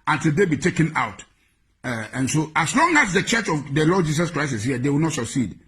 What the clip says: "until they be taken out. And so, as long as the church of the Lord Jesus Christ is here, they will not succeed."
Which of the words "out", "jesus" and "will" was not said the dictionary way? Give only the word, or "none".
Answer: jesus